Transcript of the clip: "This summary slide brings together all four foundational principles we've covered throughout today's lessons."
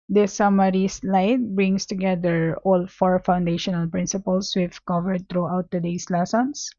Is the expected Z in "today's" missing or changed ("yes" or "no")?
yes